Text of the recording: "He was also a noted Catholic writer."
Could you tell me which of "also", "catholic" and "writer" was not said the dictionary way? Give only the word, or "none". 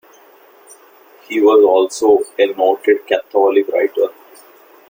catholic